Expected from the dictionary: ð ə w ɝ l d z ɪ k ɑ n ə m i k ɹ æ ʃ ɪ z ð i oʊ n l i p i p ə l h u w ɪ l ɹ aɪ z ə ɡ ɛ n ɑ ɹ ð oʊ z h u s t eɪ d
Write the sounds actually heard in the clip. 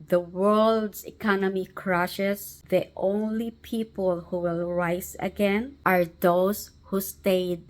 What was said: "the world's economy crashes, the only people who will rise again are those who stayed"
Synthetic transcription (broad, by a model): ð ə w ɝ l d s ɪ k ɑ n ə m i k ɹ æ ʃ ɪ s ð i oʊ n l i p i p ə l h u w ɪ l ɹ aɪ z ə ɡ ɛ n ɑ ɹ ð oʊ s h u s t eɪ d